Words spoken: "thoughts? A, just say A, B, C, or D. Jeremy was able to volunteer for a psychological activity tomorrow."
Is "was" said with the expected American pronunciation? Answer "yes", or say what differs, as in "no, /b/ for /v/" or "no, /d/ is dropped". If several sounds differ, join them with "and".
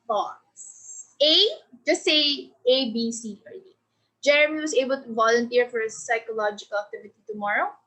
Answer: no, /s/ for /z/